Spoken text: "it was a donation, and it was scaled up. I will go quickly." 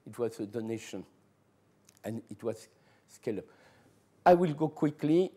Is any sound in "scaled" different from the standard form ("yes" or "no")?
yes